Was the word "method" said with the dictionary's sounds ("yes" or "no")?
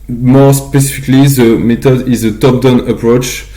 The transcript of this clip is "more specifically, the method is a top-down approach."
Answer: no